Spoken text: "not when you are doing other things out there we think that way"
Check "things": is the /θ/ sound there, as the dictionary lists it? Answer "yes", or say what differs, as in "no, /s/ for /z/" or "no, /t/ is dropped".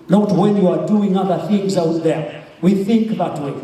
yes